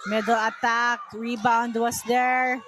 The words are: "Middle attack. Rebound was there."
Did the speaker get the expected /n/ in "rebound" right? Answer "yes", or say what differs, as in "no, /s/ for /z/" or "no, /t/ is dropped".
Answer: yes